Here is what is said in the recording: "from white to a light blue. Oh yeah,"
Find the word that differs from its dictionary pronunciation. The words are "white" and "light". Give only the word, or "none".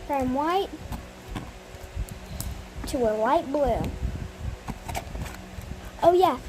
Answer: light